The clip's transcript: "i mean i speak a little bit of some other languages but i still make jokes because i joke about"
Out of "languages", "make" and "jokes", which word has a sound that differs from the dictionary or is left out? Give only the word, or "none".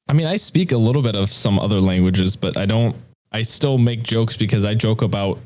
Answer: none